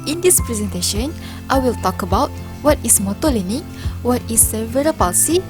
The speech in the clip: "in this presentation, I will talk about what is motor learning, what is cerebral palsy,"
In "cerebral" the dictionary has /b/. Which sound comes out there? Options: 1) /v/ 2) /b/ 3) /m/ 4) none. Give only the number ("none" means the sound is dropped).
4